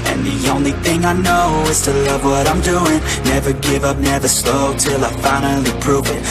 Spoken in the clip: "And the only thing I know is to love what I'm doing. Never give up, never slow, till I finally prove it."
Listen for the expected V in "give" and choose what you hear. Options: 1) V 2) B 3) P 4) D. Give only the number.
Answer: 1